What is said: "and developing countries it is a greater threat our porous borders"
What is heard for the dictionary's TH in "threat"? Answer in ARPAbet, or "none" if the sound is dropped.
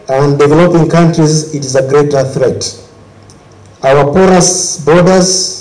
TH